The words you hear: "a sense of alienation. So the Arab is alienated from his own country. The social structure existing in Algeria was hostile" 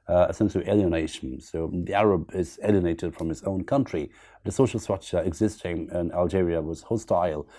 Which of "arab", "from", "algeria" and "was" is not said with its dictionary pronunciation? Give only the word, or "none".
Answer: none